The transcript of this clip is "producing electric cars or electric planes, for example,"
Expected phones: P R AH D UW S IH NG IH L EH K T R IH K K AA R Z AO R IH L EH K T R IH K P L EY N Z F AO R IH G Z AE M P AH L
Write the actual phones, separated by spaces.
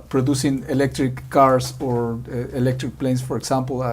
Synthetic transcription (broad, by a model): P R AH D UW S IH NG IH L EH K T R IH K K AA R S AO R IH L EH K T R IH K P L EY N S F AO R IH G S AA M P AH L